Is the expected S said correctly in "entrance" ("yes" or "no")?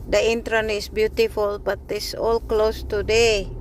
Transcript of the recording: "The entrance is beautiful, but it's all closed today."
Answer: no